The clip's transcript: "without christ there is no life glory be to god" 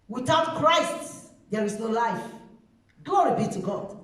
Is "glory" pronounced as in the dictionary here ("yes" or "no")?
no